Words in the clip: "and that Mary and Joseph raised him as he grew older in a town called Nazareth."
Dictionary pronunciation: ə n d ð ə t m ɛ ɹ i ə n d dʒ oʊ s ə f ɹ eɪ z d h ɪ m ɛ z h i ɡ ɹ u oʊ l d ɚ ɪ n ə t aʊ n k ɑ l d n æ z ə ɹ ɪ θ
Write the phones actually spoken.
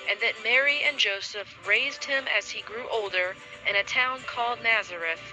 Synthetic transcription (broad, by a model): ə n ð ə t m ɛ ɹ i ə n dʒ oʊ s ə f ɹ eɪ z d h ɪ m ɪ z i ɡ ɹ u oʊ l d ɚ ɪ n ə t aʊ n k ɑ l d n æ z ə ɹ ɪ θ